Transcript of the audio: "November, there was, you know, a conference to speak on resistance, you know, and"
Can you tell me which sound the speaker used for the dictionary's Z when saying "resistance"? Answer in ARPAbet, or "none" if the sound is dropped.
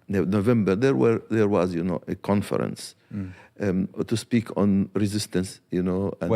Z